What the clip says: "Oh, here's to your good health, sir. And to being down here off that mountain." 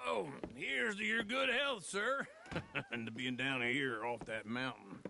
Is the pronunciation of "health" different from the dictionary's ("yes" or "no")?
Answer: no